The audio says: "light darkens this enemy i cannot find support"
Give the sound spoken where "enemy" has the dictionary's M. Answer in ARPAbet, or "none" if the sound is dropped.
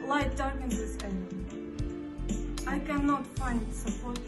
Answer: none